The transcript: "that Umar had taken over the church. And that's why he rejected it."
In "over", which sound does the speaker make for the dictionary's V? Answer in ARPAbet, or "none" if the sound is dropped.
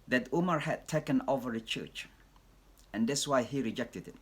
V